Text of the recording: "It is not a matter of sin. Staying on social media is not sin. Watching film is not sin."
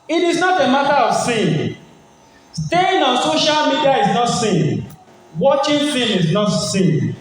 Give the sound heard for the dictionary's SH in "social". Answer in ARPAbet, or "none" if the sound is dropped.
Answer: SH